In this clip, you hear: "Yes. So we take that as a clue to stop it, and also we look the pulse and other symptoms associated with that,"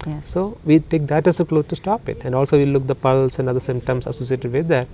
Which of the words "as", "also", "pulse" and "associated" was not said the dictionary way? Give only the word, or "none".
as